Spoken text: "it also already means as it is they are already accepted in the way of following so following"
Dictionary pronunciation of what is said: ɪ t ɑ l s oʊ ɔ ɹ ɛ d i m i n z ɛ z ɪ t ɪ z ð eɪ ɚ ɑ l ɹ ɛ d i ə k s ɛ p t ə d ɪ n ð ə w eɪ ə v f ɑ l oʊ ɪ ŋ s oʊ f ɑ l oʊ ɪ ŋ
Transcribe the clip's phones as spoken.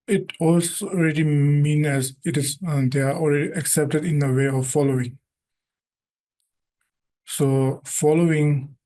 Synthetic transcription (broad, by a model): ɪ t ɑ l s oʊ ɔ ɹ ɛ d i m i n ɛ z ɪ t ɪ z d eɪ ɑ ɑ l ɹ ɛ d i ə k s ɛ p t ə d ɪ n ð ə w eɪ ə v f ɑ l oʊ ɪ ŋ s oʊ f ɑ l oʊ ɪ ŋ